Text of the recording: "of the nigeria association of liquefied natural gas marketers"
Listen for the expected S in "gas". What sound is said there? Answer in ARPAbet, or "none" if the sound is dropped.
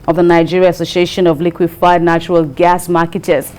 S